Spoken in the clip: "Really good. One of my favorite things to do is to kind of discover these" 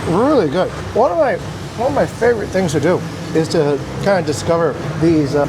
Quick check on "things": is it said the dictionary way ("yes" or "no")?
yes